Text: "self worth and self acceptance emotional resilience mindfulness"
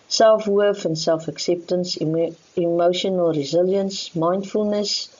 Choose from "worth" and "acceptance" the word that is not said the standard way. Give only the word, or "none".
worth